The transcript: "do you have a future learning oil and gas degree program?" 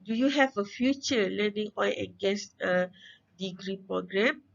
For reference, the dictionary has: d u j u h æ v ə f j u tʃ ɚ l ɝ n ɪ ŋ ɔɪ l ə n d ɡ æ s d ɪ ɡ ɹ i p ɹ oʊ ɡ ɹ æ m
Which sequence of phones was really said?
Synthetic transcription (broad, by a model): d u j u h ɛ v ə f j u tʃ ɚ l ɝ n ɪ ŋ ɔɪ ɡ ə n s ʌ d ɪ ɡ ɹ i p ɹ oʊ ɡ ɹ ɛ m